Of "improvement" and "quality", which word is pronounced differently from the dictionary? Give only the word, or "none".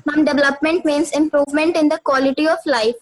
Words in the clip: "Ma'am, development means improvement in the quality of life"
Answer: none